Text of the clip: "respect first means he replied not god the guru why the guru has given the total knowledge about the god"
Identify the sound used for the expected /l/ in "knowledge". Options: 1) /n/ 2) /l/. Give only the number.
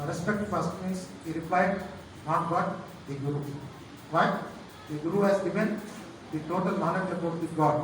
1